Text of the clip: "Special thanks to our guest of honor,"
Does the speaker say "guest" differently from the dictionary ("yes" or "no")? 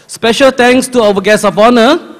yes